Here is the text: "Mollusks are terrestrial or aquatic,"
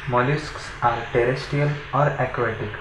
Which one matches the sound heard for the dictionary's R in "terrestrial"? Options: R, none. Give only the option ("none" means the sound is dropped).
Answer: none